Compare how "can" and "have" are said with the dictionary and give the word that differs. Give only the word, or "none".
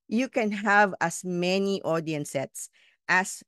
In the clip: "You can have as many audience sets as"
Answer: none